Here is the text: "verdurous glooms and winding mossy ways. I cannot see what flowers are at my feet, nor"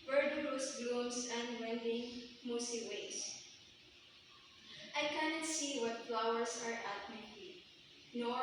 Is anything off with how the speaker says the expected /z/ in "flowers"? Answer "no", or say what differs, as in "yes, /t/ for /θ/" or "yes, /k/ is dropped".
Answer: yes, /s/ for /z/